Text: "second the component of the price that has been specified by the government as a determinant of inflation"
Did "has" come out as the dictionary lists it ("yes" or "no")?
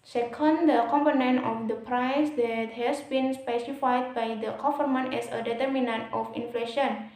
no